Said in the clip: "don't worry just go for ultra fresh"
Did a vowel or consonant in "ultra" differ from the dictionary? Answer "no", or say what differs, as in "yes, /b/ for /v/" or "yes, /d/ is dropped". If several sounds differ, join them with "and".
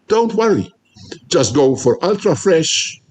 no